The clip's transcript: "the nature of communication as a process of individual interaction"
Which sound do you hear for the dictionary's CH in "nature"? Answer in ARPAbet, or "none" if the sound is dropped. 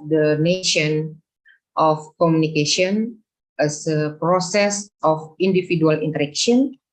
SH